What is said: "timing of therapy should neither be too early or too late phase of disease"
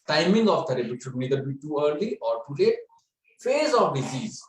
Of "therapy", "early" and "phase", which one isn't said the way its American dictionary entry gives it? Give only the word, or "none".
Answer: therapy